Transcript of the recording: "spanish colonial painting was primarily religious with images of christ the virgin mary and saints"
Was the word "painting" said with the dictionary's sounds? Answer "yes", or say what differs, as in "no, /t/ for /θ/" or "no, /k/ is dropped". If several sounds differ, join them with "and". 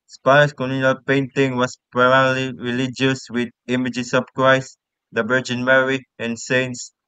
yes